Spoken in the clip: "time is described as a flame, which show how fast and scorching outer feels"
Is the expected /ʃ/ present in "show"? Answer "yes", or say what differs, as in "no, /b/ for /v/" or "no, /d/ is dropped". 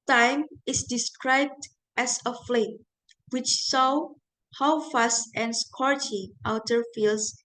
no, /s/ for /ʃ/